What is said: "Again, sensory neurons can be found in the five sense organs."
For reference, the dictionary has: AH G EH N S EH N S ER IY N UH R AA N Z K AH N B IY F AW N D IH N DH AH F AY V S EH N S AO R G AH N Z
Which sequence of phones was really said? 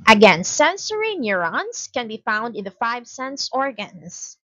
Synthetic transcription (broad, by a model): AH G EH N S EH N S ER IY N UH R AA N S K AH N B IY F AW N D IH N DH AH F AY V S EH N S AO R G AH N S